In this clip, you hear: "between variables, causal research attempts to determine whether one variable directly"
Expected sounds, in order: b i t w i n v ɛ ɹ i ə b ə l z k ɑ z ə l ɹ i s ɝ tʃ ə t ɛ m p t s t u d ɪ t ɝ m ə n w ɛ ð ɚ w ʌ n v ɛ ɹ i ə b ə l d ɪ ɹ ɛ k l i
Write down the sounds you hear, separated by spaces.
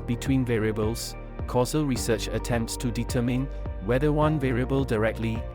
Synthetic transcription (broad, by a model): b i t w i n v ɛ ɹ i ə b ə l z k ɑ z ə l ɹ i s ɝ tʃ ə t ɛ m p t s t u d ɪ t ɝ m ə n w ɛ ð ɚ w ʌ n v ɛ ɹ i ə b ə l d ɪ ɹ ɛ k l i